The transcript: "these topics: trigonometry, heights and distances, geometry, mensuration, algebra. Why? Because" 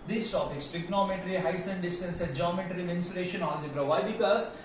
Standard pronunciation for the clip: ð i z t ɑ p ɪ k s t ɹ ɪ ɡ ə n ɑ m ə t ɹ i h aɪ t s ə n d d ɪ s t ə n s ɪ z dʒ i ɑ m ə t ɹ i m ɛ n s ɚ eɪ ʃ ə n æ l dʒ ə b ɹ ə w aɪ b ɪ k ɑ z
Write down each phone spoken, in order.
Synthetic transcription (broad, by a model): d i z t ɑ p ɪ k s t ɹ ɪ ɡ n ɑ m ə t ɹ i h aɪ s ə n d d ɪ s t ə n s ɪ dʒ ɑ m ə t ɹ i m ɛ n s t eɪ ʃ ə n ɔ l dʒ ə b ɹ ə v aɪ b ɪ k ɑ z